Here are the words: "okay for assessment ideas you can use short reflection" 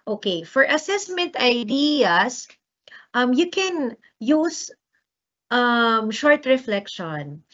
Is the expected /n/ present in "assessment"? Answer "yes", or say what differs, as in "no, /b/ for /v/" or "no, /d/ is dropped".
yes